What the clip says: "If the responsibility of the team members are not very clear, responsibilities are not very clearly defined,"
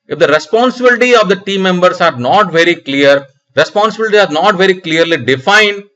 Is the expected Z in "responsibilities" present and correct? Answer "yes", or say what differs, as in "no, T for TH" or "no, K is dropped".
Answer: no, Z is dropped